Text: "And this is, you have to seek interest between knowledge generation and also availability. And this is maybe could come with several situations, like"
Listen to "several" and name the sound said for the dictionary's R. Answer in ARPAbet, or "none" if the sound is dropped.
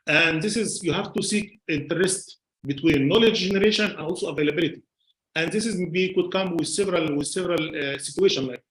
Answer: R